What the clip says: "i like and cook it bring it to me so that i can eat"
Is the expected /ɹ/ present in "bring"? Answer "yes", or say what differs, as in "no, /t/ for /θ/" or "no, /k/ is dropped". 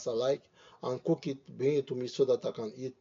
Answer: no, /ɹ/ is dropped